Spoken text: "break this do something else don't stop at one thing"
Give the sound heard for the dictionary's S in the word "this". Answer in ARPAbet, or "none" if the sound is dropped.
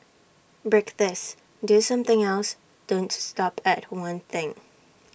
S